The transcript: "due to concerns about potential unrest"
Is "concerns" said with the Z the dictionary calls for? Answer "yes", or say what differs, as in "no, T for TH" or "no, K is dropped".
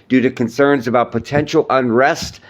yes